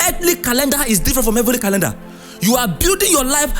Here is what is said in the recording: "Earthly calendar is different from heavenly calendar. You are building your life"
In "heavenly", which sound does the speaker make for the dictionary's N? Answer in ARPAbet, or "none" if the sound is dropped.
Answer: none